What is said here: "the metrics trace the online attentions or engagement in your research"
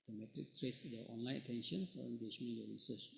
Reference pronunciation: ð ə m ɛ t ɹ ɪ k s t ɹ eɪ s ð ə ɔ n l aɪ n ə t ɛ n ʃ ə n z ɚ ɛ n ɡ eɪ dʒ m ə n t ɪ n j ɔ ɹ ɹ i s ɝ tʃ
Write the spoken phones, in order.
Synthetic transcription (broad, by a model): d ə m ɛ t ɹ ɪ k t ɹ eɪ s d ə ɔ n l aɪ ə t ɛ n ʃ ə n s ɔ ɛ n ɡ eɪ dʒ m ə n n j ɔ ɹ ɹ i s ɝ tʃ